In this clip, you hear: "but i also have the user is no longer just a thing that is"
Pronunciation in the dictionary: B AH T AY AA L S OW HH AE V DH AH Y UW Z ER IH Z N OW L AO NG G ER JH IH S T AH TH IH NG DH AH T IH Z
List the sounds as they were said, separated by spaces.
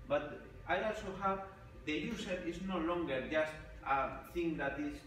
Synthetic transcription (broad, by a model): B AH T AY AA L S OW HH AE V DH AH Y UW S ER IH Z N OW L AO NG G ER JH IH S T AH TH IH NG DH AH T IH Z